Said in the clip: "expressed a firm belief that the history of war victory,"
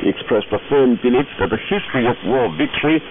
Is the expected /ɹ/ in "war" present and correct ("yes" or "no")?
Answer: no